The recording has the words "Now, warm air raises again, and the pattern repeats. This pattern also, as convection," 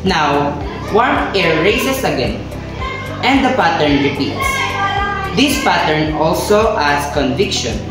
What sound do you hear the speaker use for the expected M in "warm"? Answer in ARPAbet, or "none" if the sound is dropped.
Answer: none